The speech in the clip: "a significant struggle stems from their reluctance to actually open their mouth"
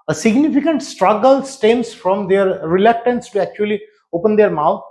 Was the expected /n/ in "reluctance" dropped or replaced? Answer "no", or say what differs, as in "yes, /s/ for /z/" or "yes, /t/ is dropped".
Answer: no